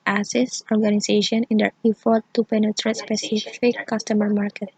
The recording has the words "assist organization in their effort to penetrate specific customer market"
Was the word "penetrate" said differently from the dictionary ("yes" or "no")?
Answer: no